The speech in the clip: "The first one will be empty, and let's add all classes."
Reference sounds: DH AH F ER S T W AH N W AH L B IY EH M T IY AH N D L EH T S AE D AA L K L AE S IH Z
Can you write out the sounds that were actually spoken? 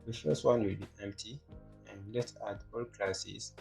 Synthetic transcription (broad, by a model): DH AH F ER S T W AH N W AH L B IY EH M T IY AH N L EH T AA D AA L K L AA S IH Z